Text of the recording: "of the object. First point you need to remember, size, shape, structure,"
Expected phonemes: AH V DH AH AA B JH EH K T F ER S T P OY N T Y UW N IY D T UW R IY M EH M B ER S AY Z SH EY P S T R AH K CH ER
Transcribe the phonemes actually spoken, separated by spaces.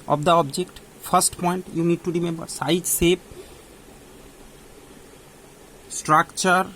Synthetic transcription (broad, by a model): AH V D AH AA B JH EH K T P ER S T P OY N T Y UW N IY D T UW R IY M EH M B ER S AY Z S EY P S T R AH K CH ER